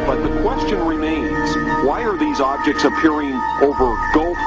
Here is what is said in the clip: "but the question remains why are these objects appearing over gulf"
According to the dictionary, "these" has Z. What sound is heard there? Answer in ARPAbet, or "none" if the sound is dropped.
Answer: Z